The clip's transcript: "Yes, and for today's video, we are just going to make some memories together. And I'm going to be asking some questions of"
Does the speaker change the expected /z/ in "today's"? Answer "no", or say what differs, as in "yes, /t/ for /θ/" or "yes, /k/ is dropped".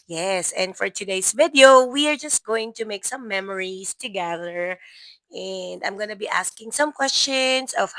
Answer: yes, /s/ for /z/